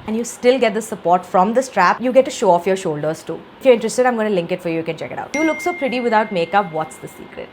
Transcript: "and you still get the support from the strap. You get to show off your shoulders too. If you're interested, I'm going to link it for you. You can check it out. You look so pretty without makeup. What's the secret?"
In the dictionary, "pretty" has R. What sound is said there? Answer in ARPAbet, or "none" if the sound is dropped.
R